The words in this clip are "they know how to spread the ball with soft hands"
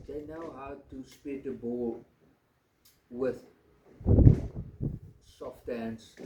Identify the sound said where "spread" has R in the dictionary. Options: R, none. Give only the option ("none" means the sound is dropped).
none